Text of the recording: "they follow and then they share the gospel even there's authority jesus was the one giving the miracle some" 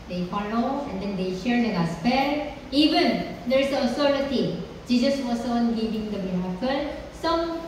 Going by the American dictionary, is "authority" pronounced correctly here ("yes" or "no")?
no